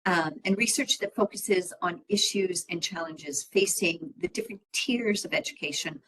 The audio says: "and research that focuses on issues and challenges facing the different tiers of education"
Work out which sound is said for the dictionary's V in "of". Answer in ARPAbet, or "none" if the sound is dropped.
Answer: V